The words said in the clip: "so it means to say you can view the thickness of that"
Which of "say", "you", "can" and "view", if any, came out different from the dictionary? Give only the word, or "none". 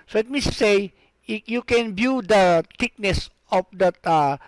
view